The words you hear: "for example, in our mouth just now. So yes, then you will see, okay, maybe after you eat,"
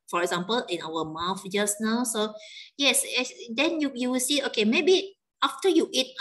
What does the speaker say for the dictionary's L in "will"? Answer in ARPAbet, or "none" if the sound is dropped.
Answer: W